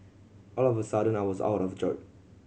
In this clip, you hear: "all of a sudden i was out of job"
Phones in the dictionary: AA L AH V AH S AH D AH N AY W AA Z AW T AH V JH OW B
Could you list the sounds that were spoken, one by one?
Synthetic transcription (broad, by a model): AA L AH V AH S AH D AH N AY W AA Z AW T AH V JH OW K